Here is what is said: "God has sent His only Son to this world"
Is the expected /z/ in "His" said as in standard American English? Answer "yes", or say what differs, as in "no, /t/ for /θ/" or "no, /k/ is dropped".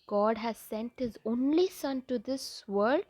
yes